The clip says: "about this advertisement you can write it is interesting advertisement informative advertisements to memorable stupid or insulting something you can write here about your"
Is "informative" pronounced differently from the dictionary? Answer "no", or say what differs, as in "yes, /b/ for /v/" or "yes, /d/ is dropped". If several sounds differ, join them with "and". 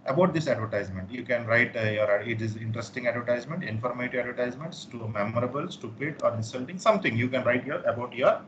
yes, /v/ is dropped